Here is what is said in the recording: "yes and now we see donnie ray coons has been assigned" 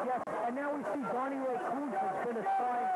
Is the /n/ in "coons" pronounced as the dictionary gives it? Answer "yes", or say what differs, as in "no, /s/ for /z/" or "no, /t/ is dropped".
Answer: no, /n/ is dropped